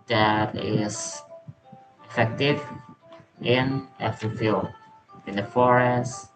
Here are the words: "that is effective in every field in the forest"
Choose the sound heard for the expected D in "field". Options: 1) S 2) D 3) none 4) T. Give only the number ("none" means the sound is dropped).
3